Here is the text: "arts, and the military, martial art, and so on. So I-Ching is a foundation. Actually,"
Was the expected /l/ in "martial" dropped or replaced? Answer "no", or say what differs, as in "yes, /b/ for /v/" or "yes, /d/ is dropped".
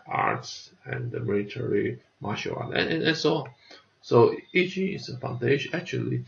yes, /n/ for /l/